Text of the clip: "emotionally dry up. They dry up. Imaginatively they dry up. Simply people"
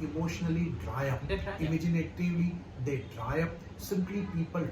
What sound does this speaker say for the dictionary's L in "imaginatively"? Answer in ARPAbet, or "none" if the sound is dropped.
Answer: none